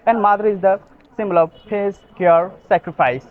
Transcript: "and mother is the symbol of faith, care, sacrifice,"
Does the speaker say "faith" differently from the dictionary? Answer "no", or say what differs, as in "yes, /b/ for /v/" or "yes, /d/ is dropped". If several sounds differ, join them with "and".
yes, /s/ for /θ/